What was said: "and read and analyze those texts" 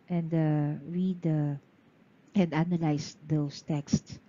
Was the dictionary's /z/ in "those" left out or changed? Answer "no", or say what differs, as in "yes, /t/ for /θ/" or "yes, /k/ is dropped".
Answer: yes, /s/ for /z/